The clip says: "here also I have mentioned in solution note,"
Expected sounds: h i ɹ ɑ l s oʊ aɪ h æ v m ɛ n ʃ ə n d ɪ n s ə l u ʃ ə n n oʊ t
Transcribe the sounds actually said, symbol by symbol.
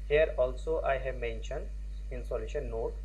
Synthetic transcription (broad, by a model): h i ɹ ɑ l s oʊ aɪ h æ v m ɛ n ʃ ə n d ɪ n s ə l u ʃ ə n n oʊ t